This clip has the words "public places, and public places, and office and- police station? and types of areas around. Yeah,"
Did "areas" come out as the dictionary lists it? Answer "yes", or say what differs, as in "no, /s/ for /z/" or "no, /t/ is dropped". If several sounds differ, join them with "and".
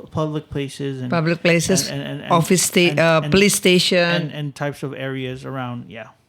yes